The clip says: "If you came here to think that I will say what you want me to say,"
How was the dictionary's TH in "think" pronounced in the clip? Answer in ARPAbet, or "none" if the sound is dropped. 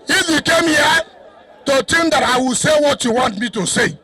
T